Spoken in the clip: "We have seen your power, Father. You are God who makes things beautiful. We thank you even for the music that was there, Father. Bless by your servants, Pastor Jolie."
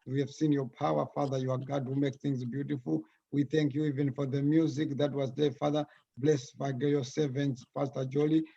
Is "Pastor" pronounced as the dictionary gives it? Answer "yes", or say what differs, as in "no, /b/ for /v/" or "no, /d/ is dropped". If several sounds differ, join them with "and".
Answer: no, /f/ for /p/